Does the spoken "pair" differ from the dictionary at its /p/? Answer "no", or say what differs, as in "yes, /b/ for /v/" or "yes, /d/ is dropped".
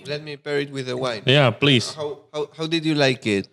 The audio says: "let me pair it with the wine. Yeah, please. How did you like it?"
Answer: yes, /b/ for /p/